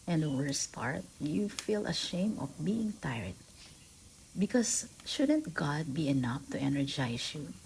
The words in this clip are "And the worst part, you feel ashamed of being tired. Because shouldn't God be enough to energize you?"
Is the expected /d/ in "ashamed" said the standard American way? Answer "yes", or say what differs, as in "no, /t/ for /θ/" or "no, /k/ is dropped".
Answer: no, /d/ is dropped